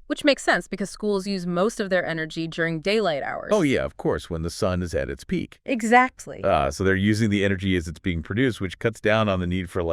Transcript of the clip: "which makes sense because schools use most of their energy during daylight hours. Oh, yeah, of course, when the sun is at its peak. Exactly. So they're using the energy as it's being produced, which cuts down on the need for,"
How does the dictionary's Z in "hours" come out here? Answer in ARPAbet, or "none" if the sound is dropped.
none